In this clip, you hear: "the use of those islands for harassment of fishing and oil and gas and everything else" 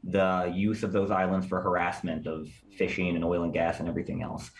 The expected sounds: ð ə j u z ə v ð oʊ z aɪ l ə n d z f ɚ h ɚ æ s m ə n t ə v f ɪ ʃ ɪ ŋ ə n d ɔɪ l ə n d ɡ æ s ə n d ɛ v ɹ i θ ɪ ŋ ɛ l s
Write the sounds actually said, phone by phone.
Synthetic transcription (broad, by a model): ð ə j u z ə v ð oʊ z aɪ l ə n d z f ɚ h ɚ æ s m ə n t ə v f ɪ ʃ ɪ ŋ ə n ɔɪ l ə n ɡ æ s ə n ɛ v ɹ i θ ɪ ŋ ɛ l s